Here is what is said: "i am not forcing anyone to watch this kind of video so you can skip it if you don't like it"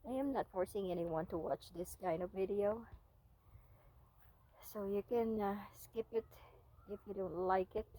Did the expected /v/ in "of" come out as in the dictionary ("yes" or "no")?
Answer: yes